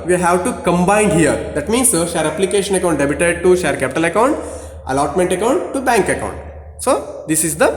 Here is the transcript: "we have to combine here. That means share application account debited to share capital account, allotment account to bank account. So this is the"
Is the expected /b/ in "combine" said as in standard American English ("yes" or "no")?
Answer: yes